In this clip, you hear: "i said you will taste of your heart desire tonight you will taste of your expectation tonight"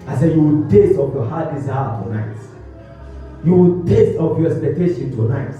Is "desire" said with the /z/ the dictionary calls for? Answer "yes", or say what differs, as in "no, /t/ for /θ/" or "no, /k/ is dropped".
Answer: no, /s/ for /z/